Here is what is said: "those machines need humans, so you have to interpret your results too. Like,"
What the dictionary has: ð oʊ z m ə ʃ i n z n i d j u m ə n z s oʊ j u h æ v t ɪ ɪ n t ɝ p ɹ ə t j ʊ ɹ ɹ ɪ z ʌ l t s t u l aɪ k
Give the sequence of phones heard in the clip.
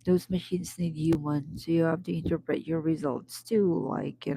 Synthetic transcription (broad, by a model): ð oʊ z m ə ʃ i n z n i d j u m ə n s oʊ j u h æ f t ɪ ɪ n t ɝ p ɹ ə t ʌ ɹ ɹ ɪ z ʌ l t s t u l aɪ k